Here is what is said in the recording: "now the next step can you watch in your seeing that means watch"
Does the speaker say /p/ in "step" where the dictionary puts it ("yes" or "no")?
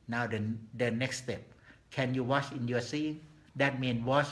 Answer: yes